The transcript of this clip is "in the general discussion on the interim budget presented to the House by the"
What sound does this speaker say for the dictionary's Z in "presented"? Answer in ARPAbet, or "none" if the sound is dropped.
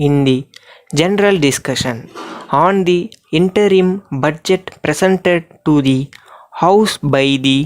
S